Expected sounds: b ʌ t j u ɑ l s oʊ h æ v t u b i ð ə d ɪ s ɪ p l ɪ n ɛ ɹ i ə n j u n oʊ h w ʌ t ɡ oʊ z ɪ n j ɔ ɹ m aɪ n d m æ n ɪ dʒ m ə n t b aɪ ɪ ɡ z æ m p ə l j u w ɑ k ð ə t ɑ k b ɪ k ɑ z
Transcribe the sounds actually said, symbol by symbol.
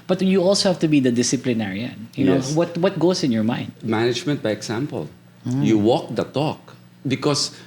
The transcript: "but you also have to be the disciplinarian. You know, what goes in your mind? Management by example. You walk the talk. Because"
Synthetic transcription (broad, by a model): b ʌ t j u ɑ l s oʊ h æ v t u b i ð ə d ɪ s ɪ p l ɪ n ɛ ɹ i ə n j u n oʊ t w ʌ t ɡ oʊ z ɪ n j ɔ ɹ m aɪ n d m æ n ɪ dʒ m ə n t b aɪ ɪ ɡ s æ m p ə l j u w ɑ k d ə t ɑ k b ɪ k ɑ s